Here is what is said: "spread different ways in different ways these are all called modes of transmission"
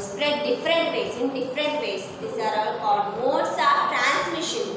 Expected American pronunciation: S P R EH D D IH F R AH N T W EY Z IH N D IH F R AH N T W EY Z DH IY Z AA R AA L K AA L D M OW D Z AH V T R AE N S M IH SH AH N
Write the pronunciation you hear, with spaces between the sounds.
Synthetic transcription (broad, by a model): S P R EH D D IH F R AH N T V EY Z IH N D IH F R AH N T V EY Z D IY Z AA R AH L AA D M OW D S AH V T R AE N S M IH SH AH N